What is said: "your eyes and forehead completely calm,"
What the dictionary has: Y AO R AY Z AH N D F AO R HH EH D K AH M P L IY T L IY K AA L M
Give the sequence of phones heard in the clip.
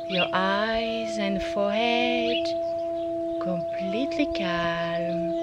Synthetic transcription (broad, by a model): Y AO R AY Z AH N D F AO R HH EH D K AH M P L IY T L IY K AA L M